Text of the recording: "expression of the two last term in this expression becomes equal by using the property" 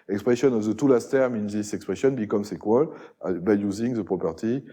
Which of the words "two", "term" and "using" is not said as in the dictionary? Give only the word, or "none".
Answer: none